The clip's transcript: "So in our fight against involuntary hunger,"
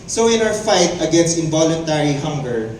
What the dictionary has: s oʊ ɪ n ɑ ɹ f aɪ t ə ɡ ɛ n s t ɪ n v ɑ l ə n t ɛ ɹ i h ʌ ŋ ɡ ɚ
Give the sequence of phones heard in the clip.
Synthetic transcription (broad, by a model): s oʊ ɪ n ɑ w f aɪ t ə ɡ ɛ n s t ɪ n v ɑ l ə n t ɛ ɹ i h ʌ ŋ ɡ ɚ